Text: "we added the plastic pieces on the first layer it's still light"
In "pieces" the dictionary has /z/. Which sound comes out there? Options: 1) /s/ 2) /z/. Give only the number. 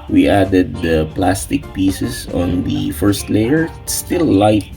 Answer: 1